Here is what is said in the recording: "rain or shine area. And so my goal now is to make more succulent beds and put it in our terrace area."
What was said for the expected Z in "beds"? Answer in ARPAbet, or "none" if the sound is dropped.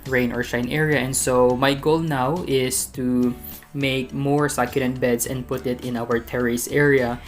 S